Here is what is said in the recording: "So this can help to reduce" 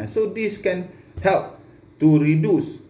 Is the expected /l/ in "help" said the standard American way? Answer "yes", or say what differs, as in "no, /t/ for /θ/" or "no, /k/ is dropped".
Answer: yes